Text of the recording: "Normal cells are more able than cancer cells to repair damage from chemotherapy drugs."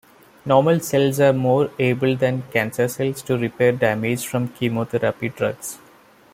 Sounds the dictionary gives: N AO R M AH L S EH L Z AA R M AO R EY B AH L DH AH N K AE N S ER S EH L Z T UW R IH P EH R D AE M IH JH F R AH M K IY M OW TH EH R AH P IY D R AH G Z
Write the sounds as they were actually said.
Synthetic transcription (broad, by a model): N AO R M AH L S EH L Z AA R M AO R EY B AH L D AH N K AE N S ER S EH L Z T UW R IH P EH R D AE M IH JH F R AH M K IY M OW T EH R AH P IY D R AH G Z